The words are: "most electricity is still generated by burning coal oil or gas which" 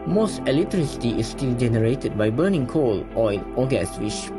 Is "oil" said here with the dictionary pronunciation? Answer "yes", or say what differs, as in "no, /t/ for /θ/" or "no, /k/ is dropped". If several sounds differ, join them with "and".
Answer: no, /n/ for /l/